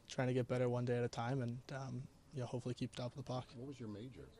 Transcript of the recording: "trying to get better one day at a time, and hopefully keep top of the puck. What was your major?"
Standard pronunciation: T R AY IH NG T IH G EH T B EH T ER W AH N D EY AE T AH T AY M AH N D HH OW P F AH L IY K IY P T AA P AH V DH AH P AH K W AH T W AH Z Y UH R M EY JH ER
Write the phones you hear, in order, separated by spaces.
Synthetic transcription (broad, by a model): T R AY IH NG T IH G EH T B EH T ER W AH N D EY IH T AH T AY M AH N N HH OW P F L IY K IY P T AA AH P DH AH P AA K W AH T W AH Z Y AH R M EY JH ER